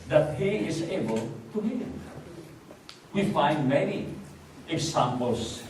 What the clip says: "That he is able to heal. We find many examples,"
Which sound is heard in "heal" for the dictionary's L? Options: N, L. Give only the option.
N